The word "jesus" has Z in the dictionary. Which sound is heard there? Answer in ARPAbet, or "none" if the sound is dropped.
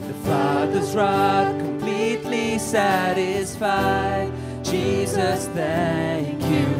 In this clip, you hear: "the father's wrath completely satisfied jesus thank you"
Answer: Z